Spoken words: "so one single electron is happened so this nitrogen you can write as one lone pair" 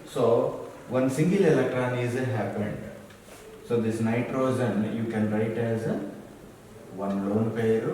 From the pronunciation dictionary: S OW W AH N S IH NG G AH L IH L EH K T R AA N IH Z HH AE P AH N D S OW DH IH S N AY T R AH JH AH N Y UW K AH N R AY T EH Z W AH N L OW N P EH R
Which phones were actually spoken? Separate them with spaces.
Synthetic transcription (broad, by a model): S OW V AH N S IH NG G AH L IH L EH K T R AA N IH Z HH AE P AH N D S OW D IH S N AY T R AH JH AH N Y UW K AH N R AY T EH Z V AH N L OW N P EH R